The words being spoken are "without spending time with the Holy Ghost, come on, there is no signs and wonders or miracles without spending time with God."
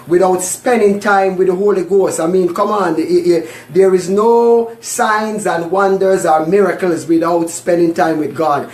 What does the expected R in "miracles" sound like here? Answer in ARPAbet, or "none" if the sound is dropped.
R